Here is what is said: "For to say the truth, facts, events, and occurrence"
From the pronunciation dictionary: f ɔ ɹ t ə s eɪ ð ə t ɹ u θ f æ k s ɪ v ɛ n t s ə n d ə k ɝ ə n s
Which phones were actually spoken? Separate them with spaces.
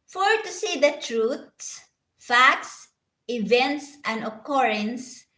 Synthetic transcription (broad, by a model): f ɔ ɹ t ə s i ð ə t ɹ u s f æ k s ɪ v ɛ n t s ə n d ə k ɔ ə n s